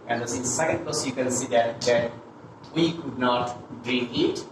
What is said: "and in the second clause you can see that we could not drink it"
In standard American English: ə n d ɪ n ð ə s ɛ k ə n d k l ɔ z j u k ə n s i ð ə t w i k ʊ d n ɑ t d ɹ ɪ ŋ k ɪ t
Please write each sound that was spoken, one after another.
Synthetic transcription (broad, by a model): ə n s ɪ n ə s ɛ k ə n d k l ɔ s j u k ə n s i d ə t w i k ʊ d n ɑ t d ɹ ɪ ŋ ɪ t